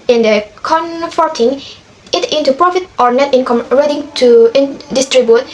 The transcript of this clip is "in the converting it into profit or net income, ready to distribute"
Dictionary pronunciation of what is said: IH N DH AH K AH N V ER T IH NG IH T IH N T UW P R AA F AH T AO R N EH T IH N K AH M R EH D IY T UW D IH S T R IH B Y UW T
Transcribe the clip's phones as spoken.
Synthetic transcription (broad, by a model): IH N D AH K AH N F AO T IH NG IH T IH N T UW P R AA F AH T AO R N EH T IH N K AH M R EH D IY T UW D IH S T R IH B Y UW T